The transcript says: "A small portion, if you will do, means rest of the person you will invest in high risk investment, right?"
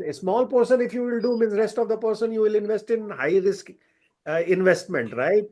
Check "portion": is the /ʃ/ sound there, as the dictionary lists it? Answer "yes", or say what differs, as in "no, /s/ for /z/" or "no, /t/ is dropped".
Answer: no, /s/ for /ʃ/